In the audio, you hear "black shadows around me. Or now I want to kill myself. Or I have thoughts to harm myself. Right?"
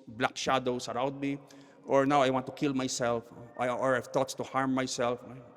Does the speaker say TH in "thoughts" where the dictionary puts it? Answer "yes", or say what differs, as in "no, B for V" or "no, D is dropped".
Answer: no, T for TH